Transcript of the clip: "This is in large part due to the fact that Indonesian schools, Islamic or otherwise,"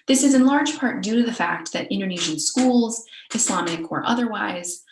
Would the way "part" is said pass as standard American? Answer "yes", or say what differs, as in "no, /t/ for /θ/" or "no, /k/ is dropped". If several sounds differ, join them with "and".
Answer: yes